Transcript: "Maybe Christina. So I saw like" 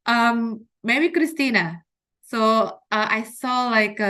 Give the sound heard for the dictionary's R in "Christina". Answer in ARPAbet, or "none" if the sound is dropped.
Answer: R